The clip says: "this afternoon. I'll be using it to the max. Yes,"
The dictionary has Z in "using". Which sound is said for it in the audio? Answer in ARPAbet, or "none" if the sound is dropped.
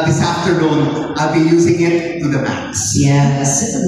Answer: Z